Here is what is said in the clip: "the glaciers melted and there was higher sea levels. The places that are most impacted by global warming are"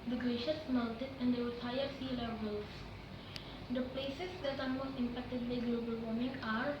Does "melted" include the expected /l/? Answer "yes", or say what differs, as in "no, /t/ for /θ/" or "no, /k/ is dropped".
no, /n/ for /l/